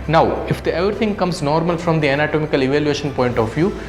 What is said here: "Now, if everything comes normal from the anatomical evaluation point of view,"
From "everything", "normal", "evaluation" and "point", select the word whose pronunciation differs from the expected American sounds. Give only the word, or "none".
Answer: everything